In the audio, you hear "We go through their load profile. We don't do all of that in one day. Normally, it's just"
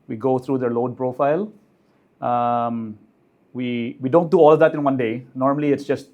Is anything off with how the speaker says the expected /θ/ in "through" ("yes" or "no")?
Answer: yes